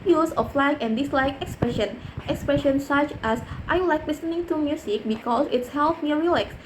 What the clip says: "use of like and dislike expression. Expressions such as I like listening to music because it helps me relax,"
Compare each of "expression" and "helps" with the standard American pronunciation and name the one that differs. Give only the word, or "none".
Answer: helps